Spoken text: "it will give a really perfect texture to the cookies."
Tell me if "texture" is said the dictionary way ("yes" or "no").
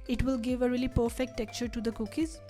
no